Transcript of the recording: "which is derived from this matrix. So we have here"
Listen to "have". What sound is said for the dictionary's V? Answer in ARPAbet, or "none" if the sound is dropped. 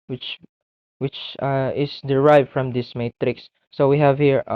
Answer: V